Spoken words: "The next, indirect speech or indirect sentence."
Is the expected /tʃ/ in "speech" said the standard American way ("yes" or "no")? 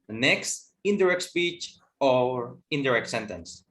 yes